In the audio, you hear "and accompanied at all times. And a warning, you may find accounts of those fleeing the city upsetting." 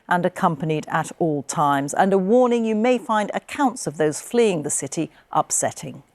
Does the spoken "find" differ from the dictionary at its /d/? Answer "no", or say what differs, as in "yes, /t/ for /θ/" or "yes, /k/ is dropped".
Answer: no